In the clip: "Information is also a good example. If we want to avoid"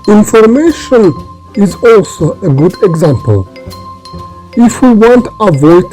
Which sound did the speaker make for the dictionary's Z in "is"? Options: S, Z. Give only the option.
Z